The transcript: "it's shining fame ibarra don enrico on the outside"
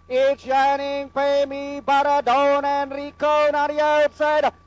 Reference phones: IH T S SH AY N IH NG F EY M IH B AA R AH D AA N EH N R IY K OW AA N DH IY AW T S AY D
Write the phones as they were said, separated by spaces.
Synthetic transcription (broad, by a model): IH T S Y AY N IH NG P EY M IH B AA R AH D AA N EH N R IY K OW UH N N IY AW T S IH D